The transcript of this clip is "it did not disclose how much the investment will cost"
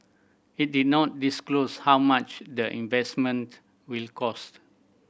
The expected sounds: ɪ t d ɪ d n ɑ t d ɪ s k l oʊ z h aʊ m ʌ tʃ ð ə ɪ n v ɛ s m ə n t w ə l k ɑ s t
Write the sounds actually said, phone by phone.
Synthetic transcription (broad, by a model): ɪ t d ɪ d n ɑ t d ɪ s k l oʊ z h aʊ m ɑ tʃ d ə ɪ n v ɛ s m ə n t w ə l k ɑ s t